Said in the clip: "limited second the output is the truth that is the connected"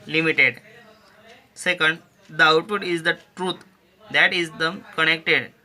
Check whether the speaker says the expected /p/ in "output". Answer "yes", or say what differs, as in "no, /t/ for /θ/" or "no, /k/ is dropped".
no, /p/ is dropped